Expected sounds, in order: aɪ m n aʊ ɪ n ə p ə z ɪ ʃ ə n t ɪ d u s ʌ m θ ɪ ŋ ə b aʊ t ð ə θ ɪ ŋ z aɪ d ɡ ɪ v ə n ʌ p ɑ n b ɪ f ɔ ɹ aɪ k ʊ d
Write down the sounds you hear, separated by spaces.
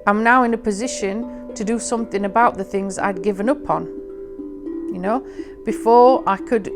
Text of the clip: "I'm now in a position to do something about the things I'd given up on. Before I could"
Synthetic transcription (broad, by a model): aɪ m n aʊ ɪ n ə p ə z ɪ ʃ ə n t ɪ d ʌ s ʌ m θ ɪ ŋ ə b aʊ t ð ə θ ɪ ŋ z aɪ d ɡ ɪ v ə n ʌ p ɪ n b ɪ f ɔ ɹ aɪ k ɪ d